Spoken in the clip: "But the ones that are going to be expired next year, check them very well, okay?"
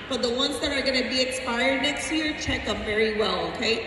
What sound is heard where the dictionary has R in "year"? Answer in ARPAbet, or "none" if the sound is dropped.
R